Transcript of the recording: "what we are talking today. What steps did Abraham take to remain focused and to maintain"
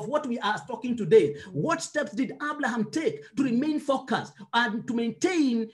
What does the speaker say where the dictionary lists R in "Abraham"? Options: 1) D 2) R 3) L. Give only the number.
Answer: 3